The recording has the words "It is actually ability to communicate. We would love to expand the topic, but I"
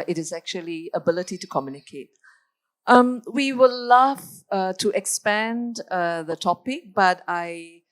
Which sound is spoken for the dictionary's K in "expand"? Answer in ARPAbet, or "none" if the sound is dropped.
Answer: K